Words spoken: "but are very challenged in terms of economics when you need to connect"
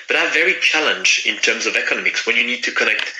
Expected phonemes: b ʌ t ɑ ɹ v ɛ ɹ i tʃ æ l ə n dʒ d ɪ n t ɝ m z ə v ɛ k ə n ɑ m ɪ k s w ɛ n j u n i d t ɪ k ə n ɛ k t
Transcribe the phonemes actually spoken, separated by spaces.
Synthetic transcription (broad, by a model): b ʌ t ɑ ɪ v ɛ ɹ i tʃ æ l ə n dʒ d ɪ n t ɝ m z ə v ɛ k ə n ɑ m ɪ k s w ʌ n j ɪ n i d t ɪ k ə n ɛ k t